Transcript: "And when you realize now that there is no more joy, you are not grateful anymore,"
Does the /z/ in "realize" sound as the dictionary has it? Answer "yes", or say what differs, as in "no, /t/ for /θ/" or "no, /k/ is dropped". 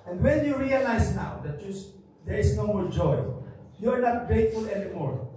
no, /s/ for /z/